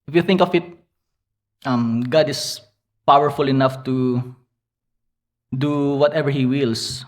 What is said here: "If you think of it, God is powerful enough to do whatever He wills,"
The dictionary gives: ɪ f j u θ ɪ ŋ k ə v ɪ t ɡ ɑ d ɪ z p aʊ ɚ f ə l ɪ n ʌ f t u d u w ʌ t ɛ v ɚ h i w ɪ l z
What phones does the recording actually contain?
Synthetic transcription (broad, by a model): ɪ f j u θ ɪ ŋ k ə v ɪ t ɡ ɑ d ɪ s p aʊ ɚ f ə l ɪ n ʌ f t u d u w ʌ t ɛ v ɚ h i w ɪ l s